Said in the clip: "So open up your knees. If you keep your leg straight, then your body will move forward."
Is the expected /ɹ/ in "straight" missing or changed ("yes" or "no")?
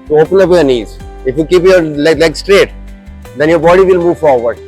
no